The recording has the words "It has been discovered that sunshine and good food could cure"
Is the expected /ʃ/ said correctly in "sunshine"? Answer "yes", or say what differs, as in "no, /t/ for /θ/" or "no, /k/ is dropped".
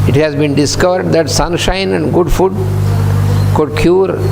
yes